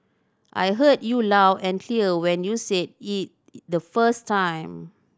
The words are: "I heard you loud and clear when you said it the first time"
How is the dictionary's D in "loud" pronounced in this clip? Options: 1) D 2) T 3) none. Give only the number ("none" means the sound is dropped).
3